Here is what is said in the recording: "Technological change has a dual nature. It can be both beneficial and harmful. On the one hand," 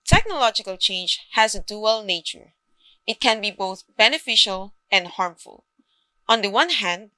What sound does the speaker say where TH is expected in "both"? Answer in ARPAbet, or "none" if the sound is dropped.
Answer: TH